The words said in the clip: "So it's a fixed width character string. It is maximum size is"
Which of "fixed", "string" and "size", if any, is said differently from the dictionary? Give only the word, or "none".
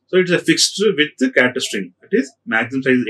size